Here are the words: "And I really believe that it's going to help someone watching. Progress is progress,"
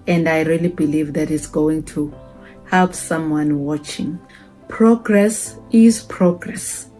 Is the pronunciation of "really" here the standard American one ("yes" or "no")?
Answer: yes